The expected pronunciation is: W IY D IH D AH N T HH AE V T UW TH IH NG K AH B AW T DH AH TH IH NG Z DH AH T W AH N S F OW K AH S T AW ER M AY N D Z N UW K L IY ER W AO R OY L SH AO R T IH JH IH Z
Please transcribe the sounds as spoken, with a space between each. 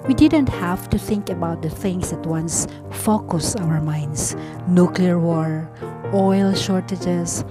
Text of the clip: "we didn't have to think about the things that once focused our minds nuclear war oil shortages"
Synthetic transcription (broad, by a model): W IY D IH D AH N T HH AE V T UW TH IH NG K AH B AW T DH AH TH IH NG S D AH T W AH N S F OW K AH S AW ER M AY N D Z N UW K L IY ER W AO R OY L SH AO R T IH JH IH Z